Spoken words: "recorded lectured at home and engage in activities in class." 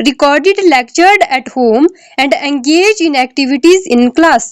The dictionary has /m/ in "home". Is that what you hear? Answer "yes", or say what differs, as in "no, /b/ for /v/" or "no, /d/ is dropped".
yes